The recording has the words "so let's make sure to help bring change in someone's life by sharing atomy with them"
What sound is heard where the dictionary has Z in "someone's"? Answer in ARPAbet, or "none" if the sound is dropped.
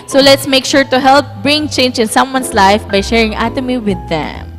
S